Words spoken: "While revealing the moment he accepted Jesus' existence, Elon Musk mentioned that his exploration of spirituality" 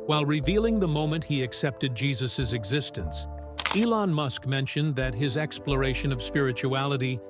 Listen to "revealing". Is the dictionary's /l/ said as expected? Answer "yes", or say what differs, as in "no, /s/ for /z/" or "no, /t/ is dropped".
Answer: yes